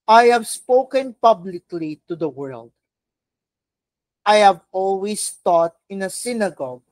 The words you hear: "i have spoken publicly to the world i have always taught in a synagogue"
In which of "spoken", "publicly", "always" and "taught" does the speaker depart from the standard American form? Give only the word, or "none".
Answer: always